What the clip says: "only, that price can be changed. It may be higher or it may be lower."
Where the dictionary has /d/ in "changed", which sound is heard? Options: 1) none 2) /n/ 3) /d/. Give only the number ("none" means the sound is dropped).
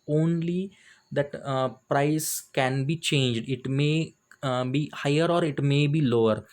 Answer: 3